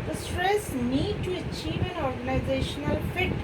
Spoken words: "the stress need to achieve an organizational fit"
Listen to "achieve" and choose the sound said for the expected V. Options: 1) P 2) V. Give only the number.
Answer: 2